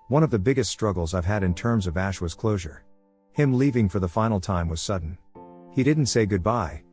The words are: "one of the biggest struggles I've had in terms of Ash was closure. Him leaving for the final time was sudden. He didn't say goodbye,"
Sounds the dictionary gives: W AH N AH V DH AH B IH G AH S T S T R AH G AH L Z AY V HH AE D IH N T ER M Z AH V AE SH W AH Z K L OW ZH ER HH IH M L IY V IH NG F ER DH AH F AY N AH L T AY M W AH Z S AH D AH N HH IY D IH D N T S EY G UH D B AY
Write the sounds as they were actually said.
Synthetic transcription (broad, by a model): W AH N AH V DH AH B IH G AH S T S T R AH G L Z AY V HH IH D IH N T ER M Z AH V AE SH W AH Z K L OW ZH ER HH IH M L IY V IH NG F ER DH AH F AY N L T AY M W AH Z S AH D N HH IY D IH D N T S EY G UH D B AY